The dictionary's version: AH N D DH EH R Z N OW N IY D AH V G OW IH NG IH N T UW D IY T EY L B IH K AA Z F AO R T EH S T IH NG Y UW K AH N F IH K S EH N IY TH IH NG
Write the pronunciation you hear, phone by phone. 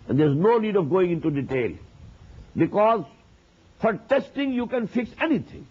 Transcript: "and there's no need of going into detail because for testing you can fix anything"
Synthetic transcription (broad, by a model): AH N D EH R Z N OW N IY D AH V G OW IH NG IH N T UW D IY T EY L B IH K AA Z F AO R T EH S T IH NG Y UW K AH N F IH K S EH N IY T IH NG